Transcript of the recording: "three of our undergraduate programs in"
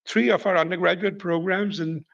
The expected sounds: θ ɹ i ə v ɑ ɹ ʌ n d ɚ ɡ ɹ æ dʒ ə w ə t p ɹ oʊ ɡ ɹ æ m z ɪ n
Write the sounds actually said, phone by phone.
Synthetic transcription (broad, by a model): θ ɹ i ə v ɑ ɹ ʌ n d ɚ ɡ ɹ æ dʒ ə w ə t p ɹ oʊ ɡ ɹ æ m z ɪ n